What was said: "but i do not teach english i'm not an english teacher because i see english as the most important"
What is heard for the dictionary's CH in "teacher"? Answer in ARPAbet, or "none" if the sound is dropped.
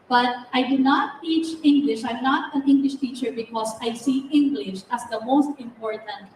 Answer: CH